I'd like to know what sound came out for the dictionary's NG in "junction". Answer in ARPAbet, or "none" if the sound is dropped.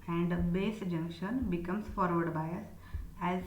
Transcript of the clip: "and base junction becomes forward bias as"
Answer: NG